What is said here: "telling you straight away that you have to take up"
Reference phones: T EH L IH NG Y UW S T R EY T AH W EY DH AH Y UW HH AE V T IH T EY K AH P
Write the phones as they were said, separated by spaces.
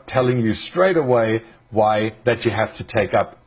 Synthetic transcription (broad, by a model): T EH L IH NG Y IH S T R EY T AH W EY DH AH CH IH HH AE F T IH T EY K AH P